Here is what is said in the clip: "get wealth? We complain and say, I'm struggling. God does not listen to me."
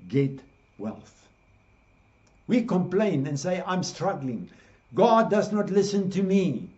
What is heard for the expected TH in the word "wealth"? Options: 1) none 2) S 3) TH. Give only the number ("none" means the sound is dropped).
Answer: 3